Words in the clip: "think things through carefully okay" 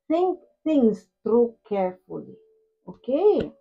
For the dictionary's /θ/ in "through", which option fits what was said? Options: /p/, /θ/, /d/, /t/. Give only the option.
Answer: /t/